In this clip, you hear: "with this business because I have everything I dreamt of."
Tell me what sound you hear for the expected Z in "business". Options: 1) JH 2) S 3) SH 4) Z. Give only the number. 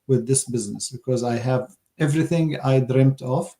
4